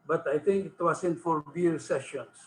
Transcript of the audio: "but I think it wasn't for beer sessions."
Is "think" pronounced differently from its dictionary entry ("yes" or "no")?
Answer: yes